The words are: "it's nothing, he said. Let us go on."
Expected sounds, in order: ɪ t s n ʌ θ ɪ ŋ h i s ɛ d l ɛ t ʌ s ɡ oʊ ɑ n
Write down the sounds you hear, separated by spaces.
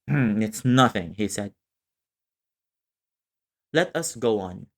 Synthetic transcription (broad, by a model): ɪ t s n ʌ θ ɪ ŋ h i s ɛ d l ɛ t ʌ s ɡ oʊ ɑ n